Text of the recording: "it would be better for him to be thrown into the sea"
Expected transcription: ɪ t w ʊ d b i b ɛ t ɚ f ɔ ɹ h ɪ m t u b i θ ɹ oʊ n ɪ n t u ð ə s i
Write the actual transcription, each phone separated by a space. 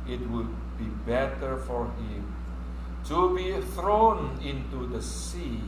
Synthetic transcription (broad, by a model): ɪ t w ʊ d b i b ɛ t ɚ f ɔ ɹ h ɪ m t u b i θ ɹ oʊ n ɪ n t u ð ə s i